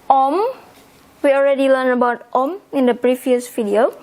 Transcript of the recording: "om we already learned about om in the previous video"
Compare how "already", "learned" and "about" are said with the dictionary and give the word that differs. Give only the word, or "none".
learned